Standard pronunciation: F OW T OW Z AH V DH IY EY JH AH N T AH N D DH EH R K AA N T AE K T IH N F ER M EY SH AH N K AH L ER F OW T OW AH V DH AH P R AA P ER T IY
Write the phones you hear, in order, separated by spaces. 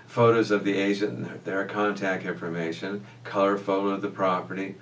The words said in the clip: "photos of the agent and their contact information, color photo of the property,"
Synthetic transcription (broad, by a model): F OW T OW Z AH V DH IY EY AH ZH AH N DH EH R K AA N T AE K T IH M F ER M EY SH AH N K AH L ER F OW T OW AH V DH AH P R AA P ER T IY